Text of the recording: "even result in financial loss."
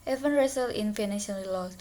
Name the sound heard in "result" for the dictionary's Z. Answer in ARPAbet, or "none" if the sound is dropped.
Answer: S